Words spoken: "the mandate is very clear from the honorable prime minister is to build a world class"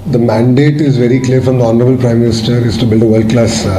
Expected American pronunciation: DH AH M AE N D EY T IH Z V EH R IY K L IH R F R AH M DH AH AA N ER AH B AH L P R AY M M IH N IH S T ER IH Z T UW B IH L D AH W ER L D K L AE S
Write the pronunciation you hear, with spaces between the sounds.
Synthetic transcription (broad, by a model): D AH M AE N D EY T IH Z V EH R IY K L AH R F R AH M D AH AA N ER AH B AH L P R AY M M IH N IH S T ER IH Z T UW B IH L D AH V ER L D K L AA S